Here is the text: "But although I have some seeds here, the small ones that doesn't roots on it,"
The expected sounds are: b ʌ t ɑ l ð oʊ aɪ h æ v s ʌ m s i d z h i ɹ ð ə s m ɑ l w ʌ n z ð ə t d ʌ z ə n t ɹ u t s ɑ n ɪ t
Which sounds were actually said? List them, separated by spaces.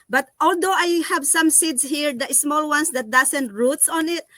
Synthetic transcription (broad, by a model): b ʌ t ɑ l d oʊ aɪ h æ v s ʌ m s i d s h i ɹ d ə s m ɑ l w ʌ n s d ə t d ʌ s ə n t ɹ u t s ɑ n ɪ t